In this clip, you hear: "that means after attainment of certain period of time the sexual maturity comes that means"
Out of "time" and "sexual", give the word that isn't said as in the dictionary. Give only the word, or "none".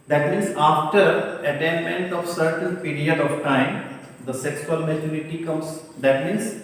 sexual